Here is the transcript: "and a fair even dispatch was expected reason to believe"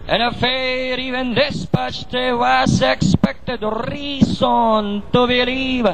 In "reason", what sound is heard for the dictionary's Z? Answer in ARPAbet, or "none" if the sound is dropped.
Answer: S